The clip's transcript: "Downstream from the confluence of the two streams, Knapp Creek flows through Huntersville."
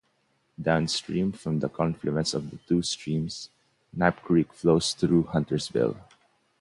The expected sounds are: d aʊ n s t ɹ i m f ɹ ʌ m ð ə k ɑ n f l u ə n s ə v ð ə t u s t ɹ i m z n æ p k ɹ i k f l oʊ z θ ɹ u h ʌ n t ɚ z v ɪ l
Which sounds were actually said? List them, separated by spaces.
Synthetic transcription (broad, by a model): d aʊ n s t ɹ i m f ɹ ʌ m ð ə k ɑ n f l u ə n s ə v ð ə t u s t ɹ i m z n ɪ p k ɹ i k f l oʊ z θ ɹ u h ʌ n t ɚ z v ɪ l